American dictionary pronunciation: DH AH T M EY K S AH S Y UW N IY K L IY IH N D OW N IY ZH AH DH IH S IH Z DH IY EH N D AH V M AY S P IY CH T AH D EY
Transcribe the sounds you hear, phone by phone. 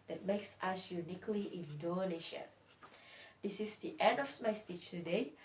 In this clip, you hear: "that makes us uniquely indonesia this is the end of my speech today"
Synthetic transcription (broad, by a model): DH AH T M EY K S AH S Y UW N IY K L IY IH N D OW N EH SH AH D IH S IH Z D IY EH N D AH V M AY S P IY CH T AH D EY